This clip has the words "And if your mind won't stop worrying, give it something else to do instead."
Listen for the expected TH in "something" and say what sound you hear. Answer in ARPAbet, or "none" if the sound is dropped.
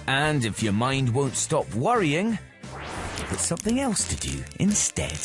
TH